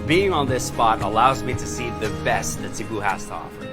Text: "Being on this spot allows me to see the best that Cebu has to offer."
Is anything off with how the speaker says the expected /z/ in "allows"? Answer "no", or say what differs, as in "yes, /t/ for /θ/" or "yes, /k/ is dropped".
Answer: no